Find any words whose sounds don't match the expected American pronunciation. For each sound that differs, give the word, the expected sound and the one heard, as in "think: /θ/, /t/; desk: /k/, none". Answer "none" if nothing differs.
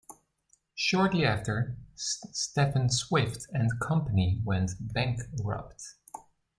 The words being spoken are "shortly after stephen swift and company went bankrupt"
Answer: stephen: /v/, /f/